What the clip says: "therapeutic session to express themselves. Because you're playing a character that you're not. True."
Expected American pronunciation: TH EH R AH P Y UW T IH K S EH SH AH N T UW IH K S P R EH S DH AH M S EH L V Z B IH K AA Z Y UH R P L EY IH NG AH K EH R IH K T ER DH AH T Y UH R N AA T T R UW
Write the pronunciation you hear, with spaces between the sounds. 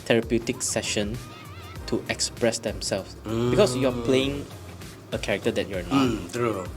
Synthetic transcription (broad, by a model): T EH R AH P Y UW T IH K S EH SH AH N T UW IH K S P R EH S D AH M S EH L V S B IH K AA S Y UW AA P L EY IH NG AH K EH R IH K T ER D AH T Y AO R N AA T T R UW